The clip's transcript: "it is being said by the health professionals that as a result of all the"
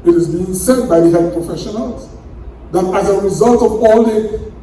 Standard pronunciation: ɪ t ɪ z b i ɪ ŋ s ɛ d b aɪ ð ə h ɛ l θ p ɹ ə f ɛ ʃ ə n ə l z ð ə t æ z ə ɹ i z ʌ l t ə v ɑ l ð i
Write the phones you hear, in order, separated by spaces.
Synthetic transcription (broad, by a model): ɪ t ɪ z b i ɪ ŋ s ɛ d b aɪ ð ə h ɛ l p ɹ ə f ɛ ʃ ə n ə l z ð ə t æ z ə ɹ i z ʌ l t ə v ɑ l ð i